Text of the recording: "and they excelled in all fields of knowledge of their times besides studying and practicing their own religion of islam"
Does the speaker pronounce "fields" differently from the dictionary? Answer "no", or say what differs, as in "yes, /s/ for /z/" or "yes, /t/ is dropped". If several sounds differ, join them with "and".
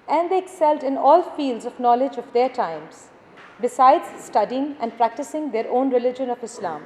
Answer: no